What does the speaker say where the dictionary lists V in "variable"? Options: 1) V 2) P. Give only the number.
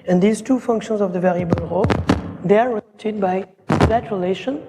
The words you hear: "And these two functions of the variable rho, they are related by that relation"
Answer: 1